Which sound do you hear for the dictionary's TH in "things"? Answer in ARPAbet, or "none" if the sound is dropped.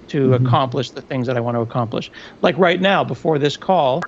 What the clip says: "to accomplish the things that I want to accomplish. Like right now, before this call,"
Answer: TH